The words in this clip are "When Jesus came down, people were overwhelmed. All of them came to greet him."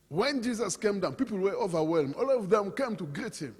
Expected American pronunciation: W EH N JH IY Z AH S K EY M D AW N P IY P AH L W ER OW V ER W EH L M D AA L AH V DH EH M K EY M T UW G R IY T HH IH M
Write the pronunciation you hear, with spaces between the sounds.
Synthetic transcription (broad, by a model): W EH N JH IY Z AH S K EY M D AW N P IY P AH L W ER OW V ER W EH L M AA L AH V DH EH M K EY M T UW G R IY T HH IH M